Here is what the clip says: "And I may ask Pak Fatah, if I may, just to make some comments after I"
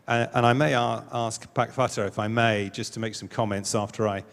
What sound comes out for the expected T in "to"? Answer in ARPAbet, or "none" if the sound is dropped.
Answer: T